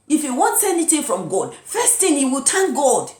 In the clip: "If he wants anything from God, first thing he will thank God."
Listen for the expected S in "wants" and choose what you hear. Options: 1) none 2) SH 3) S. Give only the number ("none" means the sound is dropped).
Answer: 3